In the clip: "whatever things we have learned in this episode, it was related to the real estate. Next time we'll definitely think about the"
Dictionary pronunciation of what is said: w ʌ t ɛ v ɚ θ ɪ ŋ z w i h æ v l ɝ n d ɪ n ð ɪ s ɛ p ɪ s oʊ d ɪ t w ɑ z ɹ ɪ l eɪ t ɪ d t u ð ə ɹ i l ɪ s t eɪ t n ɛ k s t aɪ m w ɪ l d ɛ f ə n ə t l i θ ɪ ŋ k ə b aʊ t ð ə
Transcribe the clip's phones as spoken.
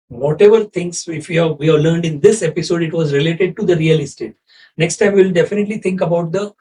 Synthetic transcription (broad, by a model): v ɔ t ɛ v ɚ t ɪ ŋ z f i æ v l ɝ n d ɪ n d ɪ s ɛ p ɪ s oʊ d ɪ t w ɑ z ɹ ɪ l eɪ t ɪ d t u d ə ɹ i l ɪ s t eɪ t n ɛ k s t aɪ m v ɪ l d ɛ f ə n ə t l i t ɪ ŋ k ə b aʊ t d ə